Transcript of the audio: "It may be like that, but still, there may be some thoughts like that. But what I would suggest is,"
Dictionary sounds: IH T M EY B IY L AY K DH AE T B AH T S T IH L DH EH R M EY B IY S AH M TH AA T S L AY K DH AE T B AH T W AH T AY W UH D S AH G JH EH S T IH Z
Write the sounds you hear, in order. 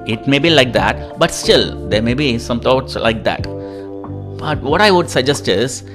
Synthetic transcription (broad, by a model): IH T M EY B IY L AY K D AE T B AH T S T IH L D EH R M EY B IY S AH M T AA T S L AY K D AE T B AH T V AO T AY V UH D S AH G JH EH S T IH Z